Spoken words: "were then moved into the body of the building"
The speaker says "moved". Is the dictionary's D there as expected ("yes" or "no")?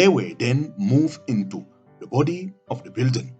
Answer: no